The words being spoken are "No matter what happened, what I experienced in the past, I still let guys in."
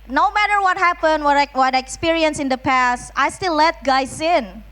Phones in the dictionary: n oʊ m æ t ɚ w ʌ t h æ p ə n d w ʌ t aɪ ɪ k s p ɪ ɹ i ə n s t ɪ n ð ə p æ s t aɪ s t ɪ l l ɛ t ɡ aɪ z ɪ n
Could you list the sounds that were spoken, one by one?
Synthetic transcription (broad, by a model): n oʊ m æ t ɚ w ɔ t h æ p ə n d w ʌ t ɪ k s p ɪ ɹ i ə n s ɪ n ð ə p æ s t aɪ s t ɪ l l ɛ t ɡ aɪ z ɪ n